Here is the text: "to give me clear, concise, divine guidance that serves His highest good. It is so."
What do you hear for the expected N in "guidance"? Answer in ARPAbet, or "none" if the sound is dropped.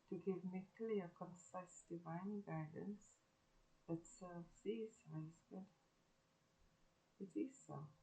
N